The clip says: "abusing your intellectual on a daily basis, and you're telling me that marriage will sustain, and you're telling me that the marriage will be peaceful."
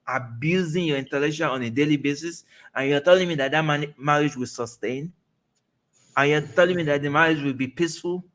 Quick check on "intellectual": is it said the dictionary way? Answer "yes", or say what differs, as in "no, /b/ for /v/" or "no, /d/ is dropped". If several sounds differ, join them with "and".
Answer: no, /ʃ/ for /tʃ/